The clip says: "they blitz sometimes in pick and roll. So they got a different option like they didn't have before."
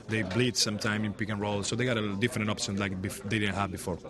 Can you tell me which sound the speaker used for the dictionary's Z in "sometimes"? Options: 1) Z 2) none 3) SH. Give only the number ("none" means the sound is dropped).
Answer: 2